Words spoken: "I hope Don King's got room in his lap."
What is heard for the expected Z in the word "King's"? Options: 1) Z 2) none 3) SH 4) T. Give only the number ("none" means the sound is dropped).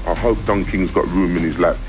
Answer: 1